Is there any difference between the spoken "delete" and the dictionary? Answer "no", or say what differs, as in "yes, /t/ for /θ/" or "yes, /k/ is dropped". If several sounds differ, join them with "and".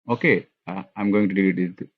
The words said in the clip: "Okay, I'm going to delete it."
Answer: yes, /l/ is dropped